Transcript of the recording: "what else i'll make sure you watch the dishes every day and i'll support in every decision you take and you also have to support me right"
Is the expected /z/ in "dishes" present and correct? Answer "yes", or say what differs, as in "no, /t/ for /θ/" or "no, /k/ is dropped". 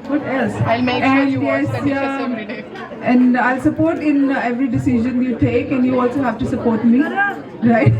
no, /z/ is dropped